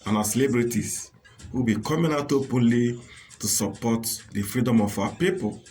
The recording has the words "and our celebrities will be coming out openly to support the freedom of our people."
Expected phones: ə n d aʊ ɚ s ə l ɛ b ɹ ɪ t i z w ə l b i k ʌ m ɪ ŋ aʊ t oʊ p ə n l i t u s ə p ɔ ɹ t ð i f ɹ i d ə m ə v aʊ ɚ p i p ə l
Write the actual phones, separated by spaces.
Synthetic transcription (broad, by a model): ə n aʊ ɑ s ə l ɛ b ɹ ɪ t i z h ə b i k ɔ m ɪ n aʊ t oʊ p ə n l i t u s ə p ɔ t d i f ɹ i d ə m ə f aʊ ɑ p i p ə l